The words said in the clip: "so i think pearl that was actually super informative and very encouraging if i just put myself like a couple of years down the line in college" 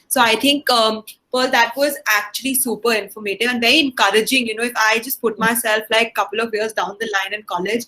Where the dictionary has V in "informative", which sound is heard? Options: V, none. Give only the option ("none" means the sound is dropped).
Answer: none